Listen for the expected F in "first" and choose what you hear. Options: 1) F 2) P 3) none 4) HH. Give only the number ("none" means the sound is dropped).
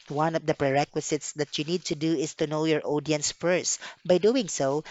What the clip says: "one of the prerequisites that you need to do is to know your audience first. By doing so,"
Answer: 1